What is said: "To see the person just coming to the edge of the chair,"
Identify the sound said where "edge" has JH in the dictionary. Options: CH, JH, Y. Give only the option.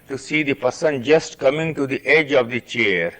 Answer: JH